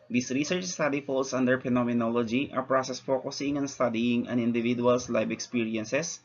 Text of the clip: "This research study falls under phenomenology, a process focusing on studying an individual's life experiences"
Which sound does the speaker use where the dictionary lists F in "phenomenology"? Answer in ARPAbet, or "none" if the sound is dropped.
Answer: P